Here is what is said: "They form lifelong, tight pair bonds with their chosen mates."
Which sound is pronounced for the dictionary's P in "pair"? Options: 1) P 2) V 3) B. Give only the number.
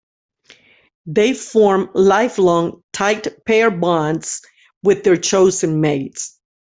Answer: 1